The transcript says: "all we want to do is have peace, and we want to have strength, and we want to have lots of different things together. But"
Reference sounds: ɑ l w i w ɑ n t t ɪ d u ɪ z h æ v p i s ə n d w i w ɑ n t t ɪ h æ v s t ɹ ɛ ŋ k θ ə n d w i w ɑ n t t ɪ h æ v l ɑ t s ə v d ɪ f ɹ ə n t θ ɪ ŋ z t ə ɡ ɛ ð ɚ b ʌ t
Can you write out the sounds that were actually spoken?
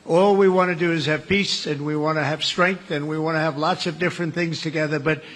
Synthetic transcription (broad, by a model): ɑ l w i w ɑ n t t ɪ d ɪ ɪ z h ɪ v p i s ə n w i w ɑ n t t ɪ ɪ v s t ɹ ɛ ŋ k θ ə n w i w ɑ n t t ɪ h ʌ v l ɑ t s ə v d ɪ f ɹ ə n θ ɪ ŋ z t ə ɡ ɛ ð ɚ b ʌ t